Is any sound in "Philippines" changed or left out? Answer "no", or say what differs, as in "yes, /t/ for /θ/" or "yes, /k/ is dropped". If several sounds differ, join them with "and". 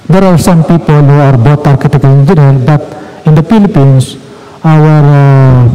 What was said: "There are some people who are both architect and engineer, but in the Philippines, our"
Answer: yes, /s/ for /z/